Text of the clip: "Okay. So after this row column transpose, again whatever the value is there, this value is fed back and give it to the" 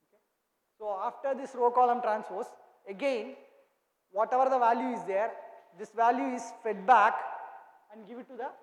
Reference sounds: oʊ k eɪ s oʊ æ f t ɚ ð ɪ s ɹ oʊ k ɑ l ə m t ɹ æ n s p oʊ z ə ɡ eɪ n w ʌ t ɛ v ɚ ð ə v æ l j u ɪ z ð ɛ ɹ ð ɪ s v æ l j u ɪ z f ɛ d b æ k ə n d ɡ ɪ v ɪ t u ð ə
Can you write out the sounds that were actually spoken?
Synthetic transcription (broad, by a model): oʊ k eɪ s oʊ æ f t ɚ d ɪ s ɹ oʊ k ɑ l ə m t ɹ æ n s f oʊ s ə ɡ eɪ n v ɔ t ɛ v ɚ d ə v æ l j u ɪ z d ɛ ɹ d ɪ s v æ l j u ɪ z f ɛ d b æ k ə n d ɡ ɪ v ɪ t u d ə